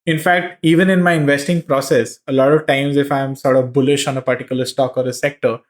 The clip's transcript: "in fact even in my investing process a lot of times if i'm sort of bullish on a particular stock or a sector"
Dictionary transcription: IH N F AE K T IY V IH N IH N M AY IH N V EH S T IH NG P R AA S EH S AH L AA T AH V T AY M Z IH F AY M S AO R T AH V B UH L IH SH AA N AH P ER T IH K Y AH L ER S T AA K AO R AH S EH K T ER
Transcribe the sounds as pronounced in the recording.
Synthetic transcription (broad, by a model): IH N F AE K T IY V IH N IH N M AY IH N V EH S T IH NG P R AA S EH S AH L AA T AH V T AY M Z IH F AY M S AO R T AH V B UH L IH SH AA N AH P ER T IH K Y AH L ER S T AA K AO R AH S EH K T ER